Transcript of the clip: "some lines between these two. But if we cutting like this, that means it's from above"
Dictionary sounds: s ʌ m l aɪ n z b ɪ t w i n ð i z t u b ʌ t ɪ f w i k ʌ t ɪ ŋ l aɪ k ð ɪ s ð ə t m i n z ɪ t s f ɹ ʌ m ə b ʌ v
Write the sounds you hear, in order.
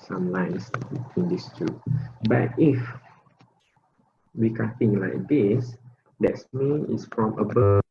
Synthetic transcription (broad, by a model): s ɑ m l aɪ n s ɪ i n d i s t u b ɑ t ɪ f w i k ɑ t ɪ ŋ l aɪ k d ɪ s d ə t m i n ɪ t s f ɹ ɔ m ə b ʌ